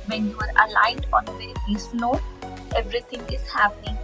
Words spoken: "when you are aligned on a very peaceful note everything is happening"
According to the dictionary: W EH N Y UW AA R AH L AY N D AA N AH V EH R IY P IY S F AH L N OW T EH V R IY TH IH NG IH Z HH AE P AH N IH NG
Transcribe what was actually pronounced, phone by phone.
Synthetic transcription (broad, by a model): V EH N Y UW AA R AH L AY N D AA N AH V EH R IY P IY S N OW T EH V R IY T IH NG IH Z HH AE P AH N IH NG